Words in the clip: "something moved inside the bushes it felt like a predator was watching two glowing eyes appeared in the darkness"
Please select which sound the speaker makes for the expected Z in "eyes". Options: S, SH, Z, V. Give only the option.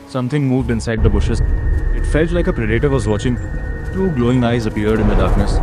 Z